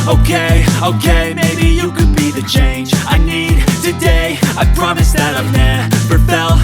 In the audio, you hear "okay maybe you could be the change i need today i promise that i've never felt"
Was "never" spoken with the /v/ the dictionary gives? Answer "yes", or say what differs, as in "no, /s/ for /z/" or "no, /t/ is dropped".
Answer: no, /p/ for /v/